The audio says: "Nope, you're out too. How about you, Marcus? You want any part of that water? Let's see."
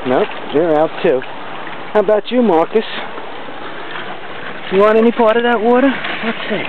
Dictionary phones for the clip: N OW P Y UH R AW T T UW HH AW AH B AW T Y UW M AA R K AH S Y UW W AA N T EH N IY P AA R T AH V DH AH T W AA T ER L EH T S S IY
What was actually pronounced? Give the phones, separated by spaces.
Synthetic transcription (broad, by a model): N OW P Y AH R AW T T UW HH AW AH B AW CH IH M AA R K AH S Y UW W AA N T EH N IY P AA R T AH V DH AH T W AA T ER W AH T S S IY